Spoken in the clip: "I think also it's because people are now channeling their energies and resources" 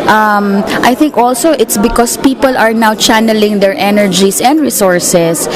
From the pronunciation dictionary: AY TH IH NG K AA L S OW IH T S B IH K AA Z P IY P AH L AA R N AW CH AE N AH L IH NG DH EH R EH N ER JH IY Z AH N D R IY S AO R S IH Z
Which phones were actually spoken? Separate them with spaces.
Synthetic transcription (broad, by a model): AY TH IH NG K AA L S OW IH T S B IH K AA S P IY P AH L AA R N AW CH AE N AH L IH NG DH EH R EH N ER JH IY S AH N D R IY S AO R S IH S